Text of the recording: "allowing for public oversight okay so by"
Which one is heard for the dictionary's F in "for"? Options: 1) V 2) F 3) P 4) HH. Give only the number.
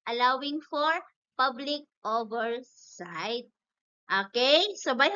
2